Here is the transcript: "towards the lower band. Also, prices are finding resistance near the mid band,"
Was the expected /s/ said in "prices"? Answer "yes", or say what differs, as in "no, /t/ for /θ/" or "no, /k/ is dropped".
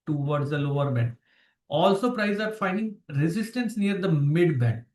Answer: no, /s/ is dropped